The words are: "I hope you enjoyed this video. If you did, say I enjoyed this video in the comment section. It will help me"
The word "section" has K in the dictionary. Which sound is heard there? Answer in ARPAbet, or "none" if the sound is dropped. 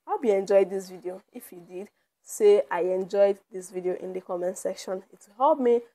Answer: K